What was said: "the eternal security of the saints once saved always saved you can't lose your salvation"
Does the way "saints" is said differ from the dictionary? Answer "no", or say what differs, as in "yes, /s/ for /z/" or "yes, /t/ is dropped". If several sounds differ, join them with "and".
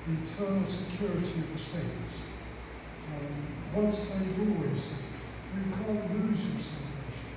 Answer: yes, /n/ is dropped